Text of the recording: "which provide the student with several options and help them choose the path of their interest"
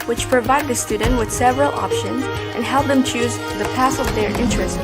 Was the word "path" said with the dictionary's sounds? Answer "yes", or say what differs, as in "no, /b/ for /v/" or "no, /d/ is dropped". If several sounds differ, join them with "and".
no, /s/ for /θ/